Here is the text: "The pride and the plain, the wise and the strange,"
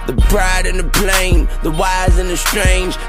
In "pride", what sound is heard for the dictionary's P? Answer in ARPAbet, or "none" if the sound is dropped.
B